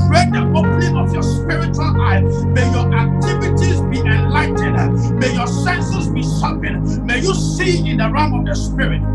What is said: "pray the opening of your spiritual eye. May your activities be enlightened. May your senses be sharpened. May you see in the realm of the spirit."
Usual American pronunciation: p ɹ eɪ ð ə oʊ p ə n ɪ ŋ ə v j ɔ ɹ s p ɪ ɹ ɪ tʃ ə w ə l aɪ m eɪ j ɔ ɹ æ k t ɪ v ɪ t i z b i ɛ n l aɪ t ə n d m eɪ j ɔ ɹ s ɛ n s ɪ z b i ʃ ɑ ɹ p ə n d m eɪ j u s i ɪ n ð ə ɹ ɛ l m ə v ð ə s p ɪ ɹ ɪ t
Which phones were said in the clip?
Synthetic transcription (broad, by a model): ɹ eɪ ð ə oʊ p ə n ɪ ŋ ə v j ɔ s p ɪ ɹ ɪ tʃ ə w ə l aɪ m eɪ j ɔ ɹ æ k t ɪ v ɪ t i z b i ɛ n l aɪ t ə d m eɪ j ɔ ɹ s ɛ n s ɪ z b i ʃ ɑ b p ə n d m eɪ j u s i ɪ n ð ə ɹ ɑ m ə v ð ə s p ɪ ɹ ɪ t